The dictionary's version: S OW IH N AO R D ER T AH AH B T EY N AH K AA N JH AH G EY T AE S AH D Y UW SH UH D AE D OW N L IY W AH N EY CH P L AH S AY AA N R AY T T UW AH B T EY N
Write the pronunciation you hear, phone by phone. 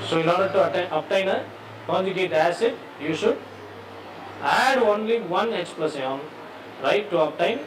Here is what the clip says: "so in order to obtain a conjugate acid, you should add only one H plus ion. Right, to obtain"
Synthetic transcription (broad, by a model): S OW IH N AO R D ER T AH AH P T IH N AH K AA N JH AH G EY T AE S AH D Y UW SH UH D AE D OW N L IY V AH N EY S P L AH S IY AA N R AY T T UW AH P T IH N